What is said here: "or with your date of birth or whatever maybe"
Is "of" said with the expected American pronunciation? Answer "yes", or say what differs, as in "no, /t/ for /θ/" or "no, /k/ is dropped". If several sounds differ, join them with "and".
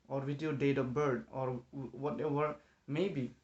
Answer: no, /p/ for /v/